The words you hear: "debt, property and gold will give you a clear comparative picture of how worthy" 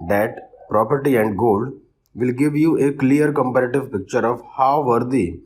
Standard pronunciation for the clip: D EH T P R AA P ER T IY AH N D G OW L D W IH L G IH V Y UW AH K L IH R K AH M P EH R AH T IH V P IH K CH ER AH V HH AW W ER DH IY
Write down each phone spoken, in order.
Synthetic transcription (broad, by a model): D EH T P R AA P ER T IY AH N D G OW L D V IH L G IH V Y UW AH K L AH R K AH M P EH R AH T IH V P IH K CH ER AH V HH AW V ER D IY